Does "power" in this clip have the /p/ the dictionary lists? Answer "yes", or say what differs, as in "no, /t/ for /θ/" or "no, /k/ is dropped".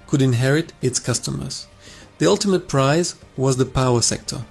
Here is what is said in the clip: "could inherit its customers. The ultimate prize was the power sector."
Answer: yes